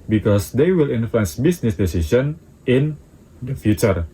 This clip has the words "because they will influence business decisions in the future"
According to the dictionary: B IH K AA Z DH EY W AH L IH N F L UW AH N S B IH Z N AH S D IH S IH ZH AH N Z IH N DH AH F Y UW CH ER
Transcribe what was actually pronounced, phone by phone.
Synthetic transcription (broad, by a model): B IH K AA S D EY W AH L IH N F L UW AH N S B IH S N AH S D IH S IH SH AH N IH N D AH F Y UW CH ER